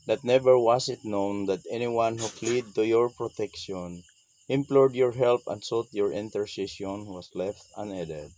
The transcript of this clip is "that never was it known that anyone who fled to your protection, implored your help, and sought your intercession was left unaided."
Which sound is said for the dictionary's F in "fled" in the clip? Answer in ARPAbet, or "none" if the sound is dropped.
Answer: P